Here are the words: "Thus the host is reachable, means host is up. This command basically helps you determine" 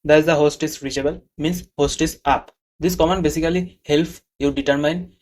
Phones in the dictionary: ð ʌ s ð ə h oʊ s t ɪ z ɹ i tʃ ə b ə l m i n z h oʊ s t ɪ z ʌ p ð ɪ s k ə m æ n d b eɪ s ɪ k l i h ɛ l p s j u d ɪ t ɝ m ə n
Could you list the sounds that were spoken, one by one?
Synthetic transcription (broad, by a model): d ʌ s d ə h oʊ s t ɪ s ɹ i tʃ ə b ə l m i n s h oʊ s t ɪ s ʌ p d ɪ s k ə m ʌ n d b eɪ s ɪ k l i h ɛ l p j u d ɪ t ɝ m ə n